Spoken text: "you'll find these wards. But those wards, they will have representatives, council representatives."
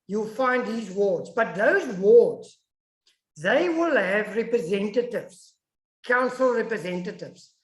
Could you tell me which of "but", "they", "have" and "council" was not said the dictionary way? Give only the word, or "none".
none